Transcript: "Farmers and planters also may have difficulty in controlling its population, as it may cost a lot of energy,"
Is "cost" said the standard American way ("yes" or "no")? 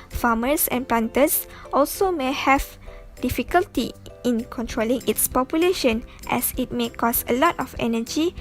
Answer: no